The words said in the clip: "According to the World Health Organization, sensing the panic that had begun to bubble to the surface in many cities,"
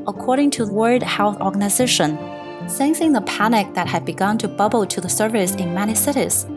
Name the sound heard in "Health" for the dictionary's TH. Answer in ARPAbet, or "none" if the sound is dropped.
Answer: TH